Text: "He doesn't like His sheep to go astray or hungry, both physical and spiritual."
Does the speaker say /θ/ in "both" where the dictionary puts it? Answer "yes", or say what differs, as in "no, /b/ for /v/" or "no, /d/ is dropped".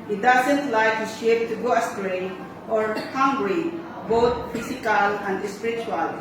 no, /t/ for /θ/